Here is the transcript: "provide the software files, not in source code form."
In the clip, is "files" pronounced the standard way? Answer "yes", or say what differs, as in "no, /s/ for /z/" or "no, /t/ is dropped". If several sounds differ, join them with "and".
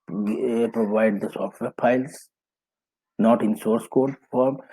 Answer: no, /p/ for /f/